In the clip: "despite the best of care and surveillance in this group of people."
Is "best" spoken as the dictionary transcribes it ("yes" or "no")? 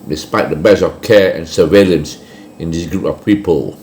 no